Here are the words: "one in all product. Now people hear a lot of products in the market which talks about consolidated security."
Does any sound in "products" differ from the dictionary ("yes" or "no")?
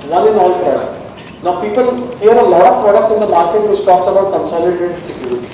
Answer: no